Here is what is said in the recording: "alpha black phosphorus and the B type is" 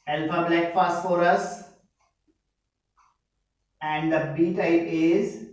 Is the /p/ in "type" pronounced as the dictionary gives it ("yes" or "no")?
no